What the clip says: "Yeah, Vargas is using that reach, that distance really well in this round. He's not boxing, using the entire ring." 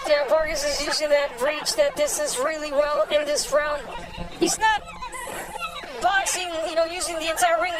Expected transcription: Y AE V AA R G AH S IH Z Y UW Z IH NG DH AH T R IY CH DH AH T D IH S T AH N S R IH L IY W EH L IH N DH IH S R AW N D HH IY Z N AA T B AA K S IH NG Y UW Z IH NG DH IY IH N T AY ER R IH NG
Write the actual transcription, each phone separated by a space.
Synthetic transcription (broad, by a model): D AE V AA R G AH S IH Z Y UW Z IH NG DH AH T R IY CH DH AH T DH IH S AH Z R IH L IY W EH L IH N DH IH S R AW N D HH IY Z N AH T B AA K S IH NG Y UW Z IH NG DH IY IH N T AY ER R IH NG